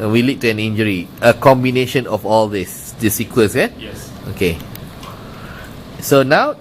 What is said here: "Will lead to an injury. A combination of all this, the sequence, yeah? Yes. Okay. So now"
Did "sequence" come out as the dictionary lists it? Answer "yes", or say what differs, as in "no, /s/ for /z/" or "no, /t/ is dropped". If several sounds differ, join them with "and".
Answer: no, /n/ is dropped